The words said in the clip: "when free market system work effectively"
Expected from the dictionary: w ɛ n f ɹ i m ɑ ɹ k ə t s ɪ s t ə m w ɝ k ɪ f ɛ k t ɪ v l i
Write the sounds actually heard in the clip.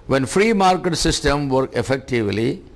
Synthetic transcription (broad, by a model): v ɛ n f ɹ i m ɑ ɹ k ə t s ɪ s t ə m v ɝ k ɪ f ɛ k t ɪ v l i